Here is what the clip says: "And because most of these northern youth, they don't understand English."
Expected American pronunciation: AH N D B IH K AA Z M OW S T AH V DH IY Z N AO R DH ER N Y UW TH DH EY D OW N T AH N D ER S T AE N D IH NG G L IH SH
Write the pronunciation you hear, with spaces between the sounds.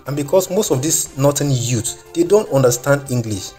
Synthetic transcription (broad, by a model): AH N B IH K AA S M OW S T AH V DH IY S N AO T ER N Y UW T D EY D OW N T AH N D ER S T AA N D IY NG G L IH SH